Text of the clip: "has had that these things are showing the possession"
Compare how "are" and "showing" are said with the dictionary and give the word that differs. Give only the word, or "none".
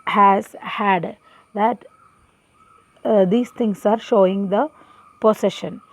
none